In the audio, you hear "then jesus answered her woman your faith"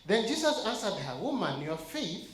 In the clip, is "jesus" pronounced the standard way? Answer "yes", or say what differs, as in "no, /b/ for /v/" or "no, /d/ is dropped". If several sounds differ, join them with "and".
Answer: no, /s/ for /z/